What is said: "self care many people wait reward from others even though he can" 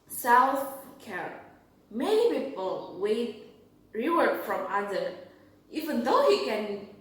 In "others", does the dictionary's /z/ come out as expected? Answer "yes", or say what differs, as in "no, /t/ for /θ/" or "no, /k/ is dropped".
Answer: no, /z/ is dropped